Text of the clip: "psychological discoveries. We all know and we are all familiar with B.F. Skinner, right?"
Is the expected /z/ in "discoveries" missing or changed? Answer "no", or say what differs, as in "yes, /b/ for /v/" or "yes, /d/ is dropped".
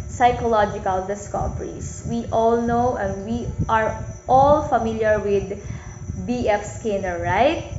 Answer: yes, /s/ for /z/